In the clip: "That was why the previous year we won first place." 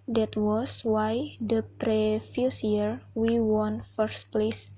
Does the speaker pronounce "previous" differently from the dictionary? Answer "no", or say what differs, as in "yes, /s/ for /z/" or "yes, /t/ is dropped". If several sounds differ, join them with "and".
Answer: yes, /f/ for /v/